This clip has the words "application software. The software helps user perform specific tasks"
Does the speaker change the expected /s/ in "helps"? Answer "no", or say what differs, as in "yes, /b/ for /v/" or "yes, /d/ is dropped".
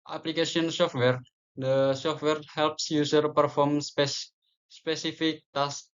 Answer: no